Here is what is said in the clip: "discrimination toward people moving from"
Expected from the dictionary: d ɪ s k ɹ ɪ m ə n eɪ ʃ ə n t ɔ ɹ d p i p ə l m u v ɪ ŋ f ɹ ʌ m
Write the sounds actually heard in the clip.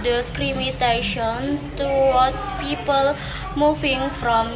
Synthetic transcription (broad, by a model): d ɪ s k ɹ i m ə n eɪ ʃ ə n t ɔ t p i p ə l m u f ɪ ŋ f ɹ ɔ m